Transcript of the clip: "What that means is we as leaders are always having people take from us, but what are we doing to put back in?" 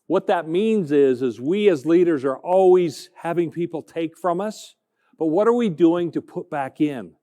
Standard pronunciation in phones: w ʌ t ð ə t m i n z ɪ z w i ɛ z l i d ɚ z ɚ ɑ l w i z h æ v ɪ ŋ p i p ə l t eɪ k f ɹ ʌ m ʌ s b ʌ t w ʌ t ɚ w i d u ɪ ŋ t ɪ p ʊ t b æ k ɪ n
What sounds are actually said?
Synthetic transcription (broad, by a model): w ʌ t ð ə t m i n z ɪ z w i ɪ z l i d ɚ z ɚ ɑ l w i z h æ v ɪ ŋ p i p l t eɪ k f ɹ ʌ m ʌ s b ʌ t w ʌ t ɚ w i d u ɪ ŋ t ɪ p ʊ t b æ k ɪ n